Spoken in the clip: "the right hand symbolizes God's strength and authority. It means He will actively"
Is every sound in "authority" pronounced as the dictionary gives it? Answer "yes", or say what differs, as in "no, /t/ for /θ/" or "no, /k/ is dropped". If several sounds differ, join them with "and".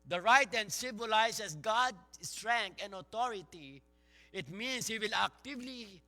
no, /t/ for /θ/